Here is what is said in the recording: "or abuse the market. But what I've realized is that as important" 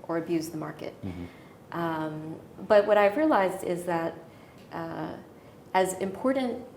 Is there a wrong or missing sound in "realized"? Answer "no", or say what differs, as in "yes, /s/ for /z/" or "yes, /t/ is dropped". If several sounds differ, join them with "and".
no